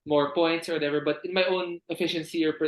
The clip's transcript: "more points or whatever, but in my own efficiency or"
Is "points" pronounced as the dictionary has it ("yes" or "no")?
yes